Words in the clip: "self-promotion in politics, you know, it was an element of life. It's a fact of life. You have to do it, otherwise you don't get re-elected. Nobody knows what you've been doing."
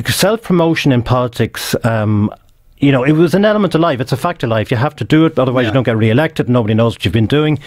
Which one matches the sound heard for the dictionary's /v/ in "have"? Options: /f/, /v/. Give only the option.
/f/